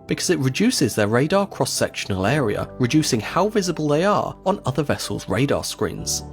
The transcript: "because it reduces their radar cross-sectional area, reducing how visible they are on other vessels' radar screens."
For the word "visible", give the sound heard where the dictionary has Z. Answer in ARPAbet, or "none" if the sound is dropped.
Z